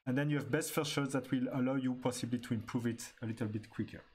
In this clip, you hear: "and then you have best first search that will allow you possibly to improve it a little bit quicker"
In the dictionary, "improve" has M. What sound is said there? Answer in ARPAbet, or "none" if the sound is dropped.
M